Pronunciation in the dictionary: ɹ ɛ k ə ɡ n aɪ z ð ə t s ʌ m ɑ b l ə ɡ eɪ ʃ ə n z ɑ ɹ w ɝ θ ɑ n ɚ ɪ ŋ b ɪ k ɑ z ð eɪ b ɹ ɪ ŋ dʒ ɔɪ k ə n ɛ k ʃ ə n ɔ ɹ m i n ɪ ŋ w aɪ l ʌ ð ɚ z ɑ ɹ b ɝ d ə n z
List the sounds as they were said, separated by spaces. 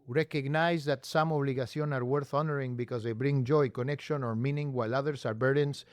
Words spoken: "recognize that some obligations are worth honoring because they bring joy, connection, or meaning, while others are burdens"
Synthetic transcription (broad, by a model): ɹ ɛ k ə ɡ n aɪ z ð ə t s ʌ m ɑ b l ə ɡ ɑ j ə n ɑ ɹ w ɝ θ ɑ n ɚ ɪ ŋ b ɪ k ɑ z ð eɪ b ɹ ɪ ŋ dʒ ɔɪ k ə n ɛ k ʃ ə n ɔ ɹ m i n ɪ ŋ w aɪ l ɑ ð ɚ s ɑ ɹ b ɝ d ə n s